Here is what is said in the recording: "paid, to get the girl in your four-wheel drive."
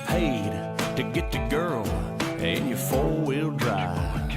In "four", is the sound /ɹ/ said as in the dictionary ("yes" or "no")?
no